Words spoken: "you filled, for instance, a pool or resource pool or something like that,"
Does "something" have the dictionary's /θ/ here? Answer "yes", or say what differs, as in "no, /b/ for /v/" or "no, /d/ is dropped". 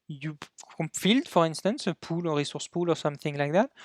yes